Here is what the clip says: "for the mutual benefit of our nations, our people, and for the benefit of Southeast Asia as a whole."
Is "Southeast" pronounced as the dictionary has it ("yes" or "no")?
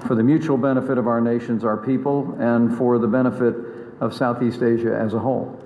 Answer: yes